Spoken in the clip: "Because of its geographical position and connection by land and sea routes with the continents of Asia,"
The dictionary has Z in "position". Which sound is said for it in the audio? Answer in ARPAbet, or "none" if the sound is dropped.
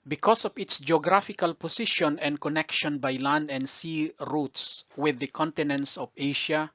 S